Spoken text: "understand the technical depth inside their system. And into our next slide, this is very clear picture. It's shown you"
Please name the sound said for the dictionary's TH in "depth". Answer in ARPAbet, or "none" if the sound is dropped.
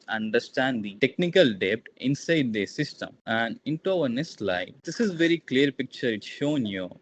T